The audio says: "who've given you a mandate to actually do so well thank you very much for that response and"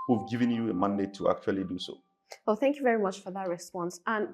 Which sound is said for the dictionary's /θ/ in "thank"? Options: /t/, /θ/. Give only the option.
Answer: /θ/